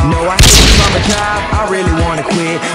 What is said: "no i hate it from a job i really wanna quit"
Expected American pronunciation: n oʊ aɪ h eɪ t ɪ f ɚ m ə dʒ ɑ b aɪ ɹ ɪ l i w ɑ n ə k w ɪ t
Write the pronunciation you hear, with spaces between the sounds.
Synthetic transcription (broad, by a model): n oʊ aɪ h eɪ ɪ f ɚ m ə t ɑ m aɪ ɹ ɪ l i w ɑ n ə k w ɪ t